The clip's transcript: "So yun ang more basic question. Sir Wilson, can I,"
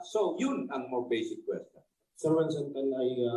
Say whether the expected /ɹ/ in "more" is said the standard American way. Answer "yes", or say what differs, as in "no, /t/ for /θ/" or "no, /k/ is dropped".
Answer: no, /w/ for /ɹ/